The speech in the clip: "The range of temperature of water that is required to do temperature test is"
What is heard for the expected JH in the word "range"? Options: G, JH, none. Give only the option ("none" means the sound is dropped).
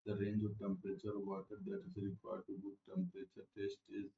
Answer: JH